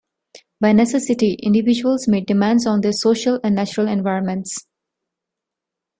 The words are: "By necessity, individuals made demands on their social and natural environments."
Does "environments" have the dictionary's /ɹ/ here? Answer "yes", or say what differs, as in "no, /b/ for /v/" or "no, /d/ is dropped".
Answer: yes